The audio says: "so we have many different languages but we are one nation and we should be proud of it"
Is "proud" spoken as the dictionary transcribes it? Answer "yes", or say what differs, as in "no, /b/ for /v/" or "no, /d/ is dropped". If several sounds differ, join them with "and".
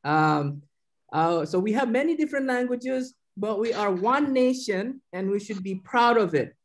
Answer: yes